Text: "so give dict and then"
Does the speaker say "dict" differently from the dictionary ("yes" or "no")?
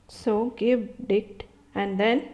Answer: yes